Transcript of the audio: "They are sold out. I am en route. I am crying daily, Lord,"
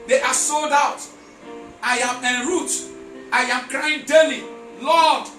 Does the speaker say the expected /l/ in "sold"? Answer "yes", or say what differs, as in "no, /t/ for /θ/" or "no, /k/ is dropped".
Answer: yes